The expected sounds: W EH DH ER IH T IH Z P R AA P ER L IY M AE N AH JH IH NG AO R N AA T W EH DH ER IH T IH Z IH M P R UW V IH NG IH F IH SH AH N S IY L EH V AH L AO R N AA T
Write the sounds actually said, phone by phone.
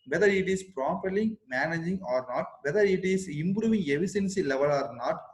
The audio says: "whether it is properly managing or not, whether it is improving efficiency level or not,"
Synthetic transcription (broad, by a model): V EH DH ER IH T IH S P R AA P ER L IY M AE N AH JH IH NG AO R N AA T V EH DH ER IH T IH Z IH M P R UW V IH NG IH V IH S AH N S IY L EH V AH L AO R N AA T